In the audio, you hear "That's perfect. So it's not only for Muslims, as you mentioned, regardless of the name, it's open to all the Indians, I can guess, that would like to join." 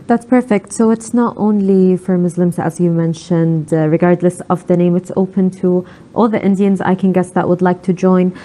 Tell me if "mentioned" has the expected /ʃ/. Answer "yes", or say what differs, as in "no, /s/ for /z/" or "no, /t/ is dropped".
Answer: yes